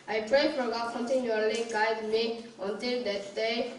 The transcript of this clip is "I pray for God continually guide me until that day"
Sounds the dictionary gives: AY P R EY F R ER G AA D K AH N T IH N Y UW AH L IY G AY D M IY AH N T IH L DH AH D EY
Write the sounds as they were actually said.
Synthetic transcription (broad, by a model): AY P R EY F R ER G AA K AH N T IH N Y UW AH L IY G AY D M IY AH N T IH L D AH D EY